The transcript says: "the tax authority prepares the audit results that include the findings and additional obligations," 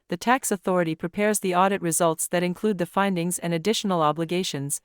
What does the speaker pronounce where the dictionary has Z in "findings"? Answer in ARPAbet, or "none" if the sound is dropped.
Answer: Z